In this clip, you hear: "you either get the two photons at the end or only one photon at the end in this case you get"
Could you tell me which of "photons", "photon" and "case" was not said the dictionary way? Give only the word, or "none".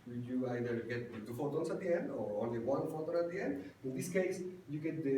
photons